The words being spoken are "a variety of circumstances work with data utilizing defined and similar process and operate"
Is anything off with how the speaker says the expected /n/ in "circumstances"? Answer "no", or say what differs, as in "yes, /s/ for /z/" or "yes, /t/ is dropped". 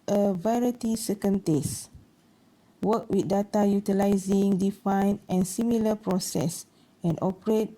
yes, /n/ is dropped